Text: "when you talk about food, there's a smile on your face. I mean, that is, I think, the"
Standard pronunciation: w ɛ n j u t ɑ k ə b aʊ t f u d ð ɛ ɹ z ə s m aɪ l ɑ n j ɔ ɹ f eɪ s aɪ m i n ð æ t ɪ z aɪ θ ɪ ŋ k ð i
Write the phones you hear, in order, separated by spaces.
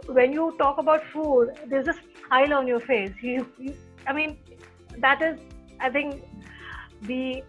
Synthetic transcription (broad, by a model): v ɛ n j u t ɑ k ə b aʊ t f u d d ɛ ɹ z ə s aɪ l ɑ n j ɔ ɹ f eɪ s aɪ m i n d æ t ɪ z aɪ t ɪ ŋ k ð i